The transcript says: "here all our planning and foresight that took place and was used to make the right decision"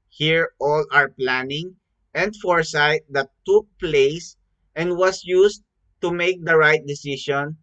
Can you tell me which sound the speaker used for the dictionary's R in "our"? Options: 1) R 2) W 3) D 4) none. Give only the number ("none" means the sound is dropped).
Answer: 1